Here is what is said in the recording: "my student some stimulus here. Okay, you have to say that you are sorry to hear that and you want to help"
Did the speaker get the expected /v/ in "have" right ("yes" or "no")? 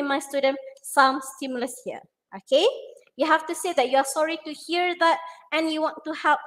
no